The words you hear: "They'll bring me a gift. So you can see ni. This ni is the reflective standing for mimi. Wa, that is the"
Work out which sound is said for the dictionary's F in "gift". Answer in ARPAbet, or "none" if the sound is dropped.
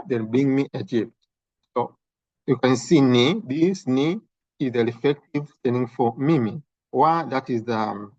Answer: P